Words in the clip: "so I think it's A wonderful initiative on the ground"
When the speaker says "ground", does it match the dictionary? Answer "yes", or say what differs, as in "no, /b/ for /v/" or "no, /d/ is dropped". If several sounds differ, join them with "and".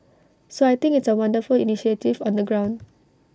yes